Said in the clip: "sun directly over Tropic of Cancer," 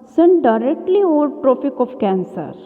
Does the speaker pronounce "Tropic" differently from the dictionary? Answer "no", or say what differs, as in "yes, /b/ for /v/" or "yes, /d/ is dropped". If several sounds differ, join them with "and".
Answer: yes, /f/ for /p/